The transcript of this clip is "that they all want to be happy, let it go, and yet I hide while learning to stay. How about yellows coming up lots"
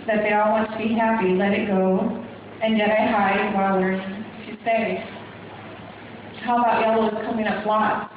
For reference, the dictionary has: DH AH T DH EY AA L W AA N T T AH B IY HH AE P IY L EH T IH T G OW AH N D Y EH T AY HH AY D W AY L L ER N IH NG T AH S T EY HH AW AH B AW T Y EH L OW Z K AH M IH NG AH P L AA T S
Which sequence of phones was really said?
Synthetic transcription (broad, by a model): DH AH T DH EY AA L W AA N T T AH B IY HH AE P IY L EH T IH T G OW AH N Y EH T AY HH AY D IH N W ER L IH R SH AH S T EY HH AW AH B AW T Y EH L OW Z K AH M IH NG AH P L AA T